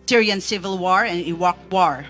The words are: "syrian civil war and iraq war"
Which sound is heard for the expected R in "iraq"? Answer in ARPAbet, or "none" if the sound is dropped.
W